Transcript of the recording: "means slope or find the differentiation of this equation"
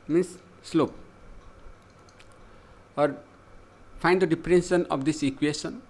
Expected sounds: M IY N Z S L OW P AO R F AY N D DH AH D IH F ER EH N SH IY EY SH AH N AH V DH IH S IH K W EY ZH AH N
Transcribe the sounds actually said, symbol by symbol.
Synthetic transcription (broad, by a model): M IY N S L OW P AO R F AY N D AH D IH P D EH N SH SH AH N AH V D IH S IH K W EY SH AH N